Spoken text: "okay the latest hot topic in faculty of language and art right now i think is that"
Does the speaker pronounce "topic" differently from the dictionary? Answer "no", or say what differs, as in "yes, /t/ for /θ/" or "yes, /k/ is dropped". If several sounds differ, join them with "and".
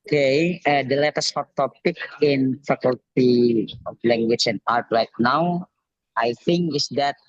no